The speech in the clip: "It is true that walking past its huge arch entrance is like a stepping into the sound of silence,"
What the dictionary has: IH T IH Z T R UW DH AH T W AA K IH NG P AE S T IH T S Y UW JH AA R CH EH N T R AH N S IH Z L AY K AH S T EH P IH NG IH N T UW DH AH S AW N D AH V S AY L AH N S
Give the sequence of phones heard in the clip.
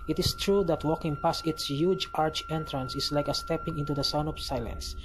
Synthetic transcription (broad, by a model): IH T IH S T R UW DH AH T W AA K IH NG P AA S IH T S Y UW JH AA R CH EH N T R AH N S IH S L AY K AH S T EH P IH NG IH N T UW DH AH S AW N D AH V S AY L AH N S